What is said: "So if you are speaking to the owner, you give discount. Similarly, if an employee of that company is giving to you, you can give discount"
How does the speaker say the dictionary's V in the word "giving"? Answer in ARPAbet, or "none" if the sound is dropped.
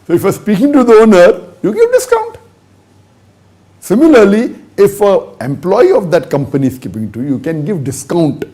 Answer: P